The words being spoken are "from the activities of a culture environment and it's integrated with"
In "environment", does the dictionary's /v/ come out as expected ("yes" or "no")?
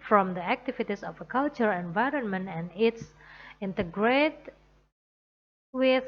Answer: yes